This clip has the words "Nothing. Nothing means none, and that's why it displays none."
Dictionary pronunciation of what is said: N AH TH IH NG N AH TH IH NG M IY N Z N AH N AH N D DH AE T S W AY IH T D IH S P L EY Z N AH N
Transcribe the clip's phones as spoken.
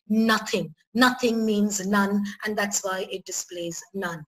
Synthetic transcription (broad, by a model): N AH TH IH NG N AH TH IH NG M IY N Z N AH N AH N DH AE T S W AY IH T D IH S P L EY Z N AH N